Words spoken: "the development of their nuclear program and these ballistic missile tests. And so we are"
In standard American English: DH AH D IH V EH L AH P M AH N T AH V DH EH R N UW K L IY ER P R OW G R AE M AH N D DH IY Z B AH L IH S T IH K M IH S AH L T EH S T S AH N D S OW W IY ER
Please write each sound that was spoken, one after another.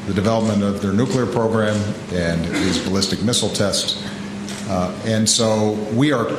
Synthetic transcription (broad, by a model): DH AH D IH V EH L AH P M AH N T AH V DH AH R N UW K L IY ER P R OW G R AE M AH N DH IY Z B AH L IH S T IH K M IH S L T EH S T S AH N S OW W IY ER